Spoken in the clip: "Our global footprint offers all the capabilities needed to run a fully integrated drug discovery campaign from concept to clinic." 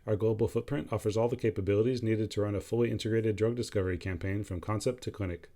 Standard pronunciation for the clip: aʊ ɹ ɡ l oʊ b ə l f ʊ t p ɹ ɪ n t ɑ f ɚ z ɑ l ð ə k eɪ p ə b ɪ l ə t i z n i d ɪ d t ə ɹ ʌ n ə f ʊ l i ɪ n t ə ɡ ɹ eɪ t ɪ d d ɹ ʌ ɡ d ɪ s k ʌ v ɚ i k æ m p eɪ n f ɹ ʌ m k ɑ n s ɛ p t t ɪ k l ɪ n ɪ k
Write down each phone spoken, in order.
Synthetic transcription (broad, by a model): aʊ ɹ ɡ l oʊ b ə l f ʊ t p ɹ ɪ n t ɑ f ɚ z ɑ l ð ə k eɪ p ə b ɪ l ə t i z n i d ɪ d t ə ɹ ʌ n ə f ʊ l i ɪ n t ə ɡ ɹ eɪ t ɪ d d ɹ ʌ ɡ d ɪ s k ʌ v ɚ i k æ m p eɪ n f ɹ ʌ m k ɑ n s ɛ p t t ɪ k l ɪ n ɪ k